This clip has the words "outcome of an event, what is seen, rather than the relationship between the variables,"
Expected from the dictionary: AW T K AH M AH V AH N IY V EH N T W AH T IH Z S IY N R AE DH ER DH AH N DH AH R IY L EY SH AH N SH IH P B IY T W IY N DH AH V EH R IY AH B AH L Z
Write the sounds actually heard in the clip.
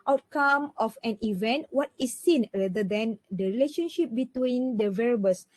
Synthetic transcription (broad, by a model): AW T K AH M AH F AH N IY V EH N T W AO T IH S IY N R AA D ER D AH N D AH R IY L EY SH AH N SH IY P B IY T W IY N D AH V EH R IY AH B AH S